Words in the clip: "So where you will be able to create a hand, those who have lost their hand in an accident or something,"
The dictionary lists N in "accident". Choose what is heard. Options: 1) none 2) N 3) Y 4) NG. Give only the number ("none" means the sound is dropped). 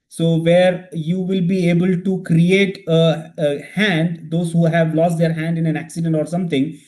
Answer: 2